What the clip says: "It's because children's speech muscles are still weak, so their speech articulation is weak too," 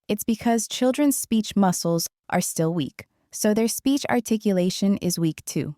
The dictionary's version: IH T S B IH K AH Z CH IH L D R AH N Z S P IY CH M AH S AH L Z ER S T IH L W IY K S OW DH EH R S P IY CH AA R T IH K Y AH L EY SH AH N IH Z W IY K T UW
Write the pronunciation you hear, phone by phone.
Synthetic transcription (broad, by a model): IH T S B IH K AH Z CH IH L D R AH N Z S P IY CH M AH S L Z ER S T IH L W IY K S OW DH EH R S P IY CH AA R T IH K Y AH L EY SH AH N IH Z W IY K T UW